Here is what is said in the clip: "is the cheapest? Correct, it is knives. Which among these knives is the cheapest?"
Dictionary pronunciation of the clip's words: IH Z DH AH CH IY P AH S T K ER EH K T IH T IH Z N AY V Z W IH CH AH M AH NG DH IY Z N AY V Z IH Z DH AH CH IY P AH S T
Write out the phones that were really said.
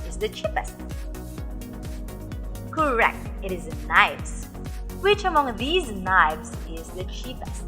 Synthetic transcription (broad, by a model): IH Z DH AH CH IY P AH S T K ER EH K T IH T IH Z N AY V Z W IH CH AH M AH NG DH IY Z N AY V Z IH Z DH AH CH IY P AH S T